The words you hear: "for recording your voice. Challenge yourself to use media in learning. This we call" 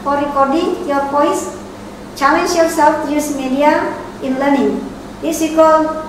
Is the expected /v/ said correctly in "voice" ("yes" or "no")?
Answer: no